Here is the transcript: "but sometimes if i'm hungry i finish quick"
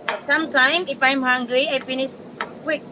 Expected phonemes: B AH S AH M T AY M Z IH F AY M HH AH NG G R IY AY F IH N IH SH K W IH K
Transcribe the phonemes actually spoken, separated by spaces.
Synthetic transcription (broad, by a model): S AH M T AY M IH F AY M HH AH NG G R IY AY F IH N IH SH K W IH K